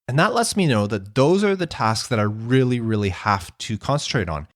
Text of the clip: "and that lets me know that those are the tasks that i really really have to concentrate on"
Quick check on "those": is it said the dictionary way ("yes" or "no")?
yes